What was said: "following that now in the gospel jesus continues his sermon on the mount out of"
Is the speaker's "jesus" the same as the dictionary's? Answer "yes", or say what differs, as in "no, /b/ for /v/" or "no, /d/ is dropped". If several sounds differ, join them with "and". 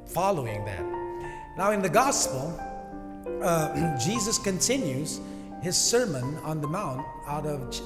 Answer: yes